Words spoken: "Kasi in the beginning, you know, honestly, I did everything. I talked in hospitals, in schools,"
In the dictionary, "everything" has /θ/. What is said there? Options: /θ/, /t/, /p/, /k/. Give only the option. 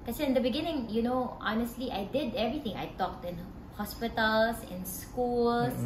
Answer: /t/